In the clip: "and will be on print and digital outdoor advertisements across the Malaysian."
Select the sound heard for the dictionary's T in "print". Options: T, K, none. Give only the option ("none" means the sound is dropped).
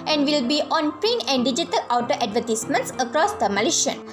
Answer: none